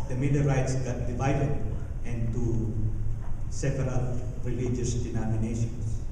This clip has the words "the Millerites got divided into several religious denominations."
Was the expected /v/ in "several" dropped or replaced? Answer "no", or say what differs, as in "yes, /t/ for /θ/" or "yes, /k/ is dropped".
yes, /p/ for /v/